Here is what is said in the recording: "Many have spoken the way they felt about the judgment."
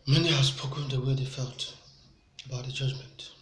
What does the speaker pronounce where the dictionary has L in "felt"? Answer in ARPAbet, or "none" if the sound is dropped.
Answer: L